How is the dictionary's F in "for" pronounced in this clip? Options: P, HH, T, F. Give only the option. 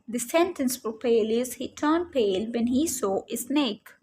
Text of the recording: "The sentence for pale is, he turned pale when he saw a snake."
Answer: P